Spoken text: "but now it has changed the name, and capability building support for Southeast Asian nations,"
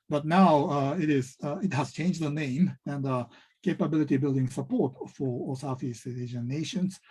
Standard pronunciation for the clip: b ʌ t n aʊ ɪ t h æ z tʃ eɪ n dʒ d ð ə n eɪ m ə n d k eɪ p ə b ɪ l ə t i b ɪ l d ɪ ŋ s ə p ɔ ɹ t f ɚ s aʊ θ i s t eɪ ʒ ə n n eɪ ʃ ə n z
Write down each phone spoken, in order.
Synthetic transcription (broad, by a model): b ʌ t n aʊ ɪ t h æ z tʃ eɪ n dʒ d ð ə n eɪ m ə n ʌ k eɪ p ə b ɪ l ə t i b ɪ l d ɪ ŋ s ə p ɔ ɹ t f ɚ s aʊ f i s eɪ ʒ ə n n eɪ ʃ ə n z